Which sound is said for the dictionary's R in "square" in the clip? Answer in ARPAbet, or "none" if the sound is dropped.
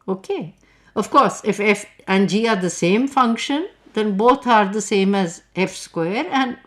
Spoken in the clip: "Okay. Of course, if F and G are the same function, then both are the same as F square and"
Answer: R